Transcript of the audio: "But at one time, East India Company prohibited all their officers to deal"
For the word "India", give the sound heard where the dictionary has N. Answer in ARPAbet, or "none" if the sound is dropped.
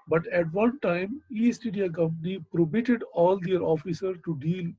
none